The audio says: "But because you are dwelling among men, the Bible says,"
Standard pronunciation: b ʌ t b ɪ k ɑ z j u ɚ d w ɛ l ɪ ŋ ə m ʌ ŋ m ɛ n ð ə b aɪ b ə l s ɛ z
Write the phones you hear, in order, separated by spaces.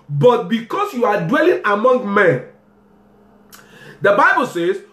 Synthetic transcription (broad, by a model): b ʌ t b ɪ k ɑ s j u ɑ d w ɛ l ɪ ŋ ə m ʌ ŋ m ɛ n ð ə b aɪ b ə l s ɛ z